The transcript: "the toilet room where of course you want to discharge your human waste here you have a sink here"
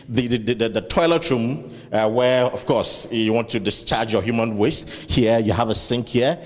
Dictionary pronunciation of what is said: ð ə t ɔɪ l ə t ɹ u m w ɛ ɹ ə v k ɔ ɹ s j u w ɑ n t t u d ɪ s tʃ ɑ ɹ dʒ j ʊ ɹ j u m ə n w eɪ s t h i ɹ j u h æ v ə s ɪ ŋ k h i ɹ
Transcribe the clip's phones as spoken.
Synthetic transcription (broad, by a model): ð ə t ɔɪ l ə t ɹ u m w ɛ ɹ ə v k ɔ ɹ s j u w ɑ n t t u d ɪ s tʃ ɑ ɹ dʒ j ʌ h j u m ə n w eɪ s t h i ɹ j u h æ v ə s ɪ ŋ k h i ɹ